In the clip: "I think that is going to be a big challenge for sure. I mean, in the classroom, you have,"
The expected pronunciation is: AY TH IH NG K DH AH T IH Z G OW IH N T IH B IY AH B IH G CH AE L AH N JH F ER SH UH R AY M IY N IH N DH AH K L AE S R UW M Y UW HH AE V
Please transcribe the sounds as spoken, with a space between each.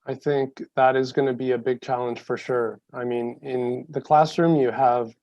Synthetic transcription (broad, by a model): AY TH IH NG K DH AH T IH Z G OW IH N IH B IY AH B IH G CH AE L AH N ZH F ER SH UH R AY M IY N IH N DH AH K L AE S R UW M Y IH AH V